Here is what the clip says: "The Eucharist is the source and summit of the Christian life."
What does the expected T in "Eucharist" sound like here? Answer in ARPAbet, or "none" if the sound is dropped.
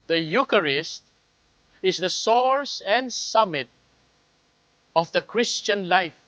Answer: T